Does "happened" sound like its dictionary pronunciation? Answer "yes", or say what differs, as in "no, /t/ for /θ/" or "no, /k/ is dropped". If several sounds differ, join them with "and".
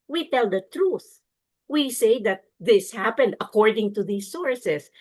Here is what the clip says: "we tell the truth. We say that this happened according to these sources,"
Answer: yes